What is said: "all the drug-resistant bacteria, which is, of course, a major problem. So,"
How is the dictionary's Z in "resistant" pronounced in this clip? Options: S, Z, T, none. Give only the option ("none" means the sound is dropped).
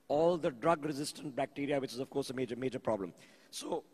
Z